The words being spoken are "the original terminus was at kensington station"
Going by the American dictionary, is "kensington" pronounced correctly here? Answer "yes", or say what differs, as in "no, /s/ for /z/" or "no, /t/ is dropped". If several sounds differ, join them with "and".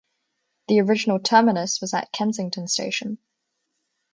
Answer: yes